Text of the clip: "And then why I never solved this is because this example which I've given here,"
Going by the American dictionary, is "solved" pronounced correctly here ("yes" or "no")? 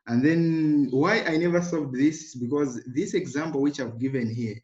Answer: no